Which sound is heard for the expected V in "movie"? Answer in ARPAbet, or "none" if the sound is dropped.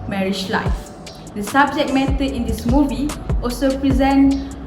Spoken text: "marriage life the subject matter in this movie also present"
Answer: V